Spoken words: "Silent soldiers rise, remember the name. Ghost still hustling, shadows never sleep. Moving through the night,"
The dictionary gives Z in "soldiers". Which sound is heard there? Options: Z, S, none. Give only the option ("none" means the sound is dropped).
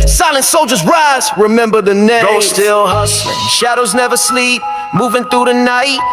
Z